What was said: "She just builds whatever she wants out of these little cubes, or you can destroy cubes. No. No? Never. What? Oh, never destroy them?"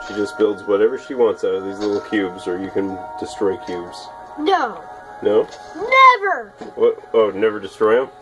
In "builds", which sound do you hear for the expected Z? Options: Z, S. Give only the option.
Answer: Z